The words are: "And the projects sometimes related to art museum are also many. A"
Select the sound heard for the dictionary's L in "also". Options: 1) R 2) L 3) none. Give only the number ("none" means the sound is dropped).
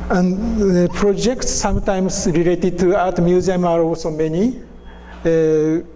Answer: 3